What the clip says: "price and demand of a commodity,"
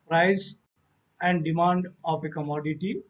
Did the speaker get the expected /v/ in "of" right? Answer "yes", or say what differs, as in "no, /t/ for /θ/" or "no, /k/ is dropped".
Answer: no, /p/ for /v/